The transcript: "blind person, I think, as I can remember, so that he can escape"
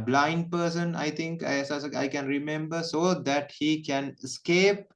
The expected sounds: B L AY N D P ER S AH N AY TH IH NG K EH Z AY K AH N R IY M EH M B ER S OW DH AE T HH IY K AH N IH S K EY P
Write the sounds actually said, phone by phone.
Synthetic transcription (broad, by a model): B L AY N D P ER S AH N AY T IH NG K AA S AY K AH N R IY M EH M B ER S OW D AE T HH IY K AH N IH S K EY P